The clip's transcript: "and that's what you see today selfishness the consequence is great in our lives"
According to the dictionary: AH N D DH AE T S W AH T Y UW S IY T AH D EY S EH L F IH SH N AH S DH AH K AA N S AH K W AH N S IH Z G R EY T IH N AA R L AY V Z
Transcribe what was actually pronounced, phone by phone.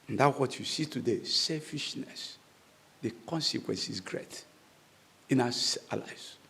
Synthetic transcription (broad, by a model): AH N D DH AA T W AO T Y UW S IY T AH D EY S EH L F IH SH N AH S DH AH K AA N S AH K W AH N S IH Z G R EY T IH N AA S L AY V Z